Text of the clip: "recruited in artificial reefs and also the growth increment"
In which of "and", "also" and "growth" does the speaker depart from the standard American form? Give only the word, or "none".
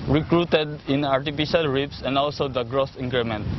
growth